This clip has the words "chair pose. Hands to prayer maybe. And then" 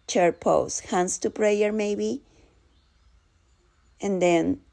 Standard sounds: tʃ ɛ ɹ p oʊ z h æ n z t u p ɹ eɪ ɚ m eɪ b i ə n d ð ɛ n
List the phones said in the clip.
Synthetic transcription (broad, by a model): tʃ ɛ ɹ p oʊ s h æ n s t u p ɹ eɪ ɚ m eɪ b i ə n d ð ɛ n